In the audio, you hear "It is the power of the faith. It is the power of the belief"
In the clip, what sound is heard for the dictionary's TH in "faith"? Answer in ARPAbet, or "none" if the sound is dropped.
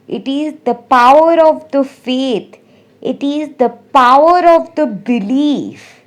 T